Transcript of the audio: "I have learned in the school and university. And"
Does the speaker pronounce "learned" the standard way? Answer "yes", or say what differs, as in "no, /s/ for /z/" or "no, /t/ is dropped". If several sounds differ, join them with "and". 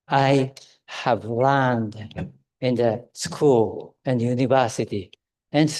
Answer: yes